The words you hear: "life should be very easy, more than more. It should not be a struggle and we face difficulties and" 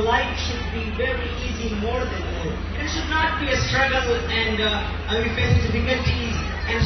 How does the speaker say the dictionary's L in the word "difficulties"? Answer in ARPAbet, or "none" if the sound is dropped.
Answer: none